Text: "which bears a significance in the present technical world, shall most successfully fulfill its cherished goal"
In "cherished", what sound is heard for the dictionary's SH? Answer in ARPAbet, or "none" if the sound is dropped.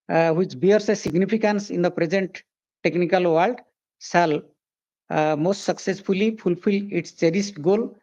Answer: S